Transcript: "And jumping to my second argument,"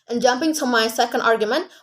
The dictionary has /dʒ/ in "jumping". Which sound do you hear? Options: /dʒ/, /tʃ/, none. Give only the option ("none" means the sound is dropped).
/dʒ/